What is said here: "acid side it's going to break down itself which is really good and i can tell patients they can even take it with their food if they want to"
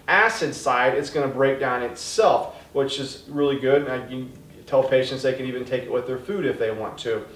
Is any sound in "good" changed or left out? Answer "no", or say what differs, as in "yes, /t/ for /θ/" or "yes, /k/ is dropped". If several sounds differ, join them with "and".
no